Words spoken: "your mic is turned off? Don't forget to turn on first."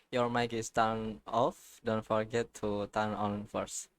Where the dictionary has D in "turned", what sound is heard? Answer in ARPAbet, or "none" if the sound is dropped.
none